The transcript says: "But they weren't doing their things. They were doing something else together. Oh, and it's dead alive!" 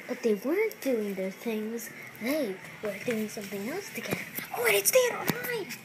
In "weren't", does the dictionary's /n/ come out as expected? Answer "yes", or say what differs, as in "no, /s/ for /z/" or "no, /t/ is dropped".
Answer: yes